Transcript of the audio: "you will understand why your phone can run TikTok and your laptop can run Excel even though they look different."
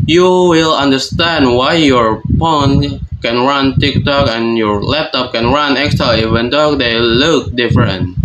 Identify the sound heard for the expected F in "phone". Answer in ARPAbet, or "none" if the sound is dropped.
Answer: P